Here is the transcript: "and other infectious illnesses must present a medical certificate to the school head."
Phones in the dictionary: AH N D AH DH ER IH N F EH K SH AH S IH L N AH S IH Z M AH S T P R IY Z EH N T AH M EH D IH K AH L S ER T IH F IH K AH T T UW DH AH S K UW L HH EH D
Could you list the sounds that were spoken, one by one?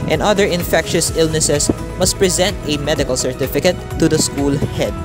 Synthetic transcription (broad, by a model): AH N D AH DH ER IH N F EH K SH AH S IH L N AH S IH S M AH S T P R IY Z EH N T AH M EH D IH K AH L S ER T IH F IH K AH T T UW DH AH S K UW L HH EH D